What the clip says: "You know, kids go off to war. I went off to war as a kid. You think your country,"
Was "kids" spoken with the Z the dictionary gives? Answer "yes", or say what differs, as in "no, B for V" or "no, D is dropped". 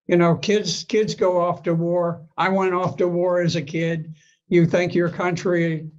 yes